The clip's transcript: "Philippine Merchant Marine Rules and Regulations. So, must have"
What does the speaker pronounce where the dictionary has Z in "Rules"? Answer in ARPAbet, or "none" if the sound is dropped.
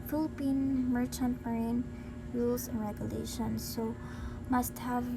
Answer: S